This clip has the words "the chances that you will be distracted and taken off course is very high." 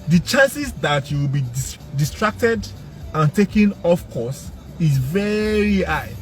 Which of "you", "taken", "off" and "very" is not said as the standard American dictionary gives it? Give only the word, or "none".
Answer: none